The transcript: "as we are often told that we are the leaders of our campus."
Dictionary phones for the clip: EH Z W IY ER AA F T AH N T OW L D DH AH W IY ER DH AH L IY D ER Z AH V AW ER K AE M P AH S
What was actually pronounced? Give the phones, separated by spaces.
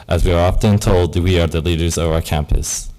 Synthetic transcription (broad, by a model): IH Z W IY ER AA F T AH N T OW L D W IY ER DH AH L IY D ER Z AH V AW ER K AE M P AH S